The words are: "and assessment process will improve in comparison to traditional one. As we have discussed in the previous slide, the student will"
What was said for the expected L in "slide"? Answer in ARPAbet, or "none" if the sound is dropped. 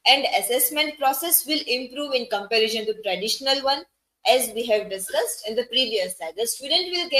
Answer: none